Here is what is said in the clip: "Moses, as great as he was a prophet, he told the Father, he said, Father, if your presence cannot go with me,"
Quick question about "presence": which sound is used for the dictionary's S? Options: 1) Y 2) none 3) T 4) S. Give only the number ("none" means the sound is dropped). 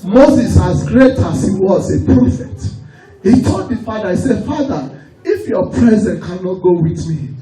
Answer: 2